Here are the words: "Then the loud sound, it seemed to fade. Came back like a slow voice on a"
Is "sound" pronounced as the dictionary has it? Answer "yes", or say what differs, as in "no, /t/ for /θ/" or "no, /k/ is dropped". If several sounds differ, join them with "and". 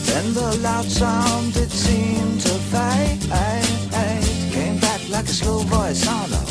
yes